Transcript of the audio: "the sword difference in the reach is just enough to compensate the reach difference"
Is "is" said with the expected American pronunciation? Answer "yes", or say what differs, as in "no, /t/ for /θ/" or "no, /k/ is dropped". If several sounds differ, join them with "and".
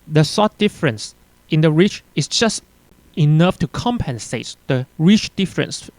no, /s/ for /z/